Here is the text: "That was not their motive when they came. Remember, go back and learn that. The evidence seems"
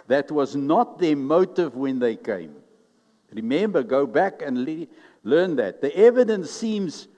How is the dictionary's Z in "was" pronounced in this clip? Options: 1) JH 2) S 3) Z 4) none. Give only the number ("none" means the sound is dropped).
3